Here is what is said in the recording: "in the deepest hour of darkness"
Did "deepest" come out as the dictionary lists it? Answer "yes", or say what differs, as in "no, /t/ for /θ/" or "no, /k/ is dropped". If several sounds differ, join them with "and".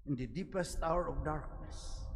yes